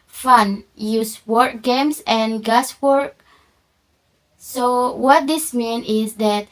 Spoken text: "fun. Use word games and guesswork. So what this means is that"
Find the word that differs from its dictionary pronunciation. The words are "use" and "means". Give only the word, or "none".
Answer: means